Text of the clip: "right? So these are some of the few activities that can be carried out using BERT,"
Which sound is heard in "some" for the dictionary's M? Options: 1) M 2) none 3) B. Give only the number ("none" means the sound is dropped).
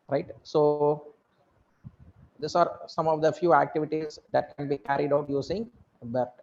1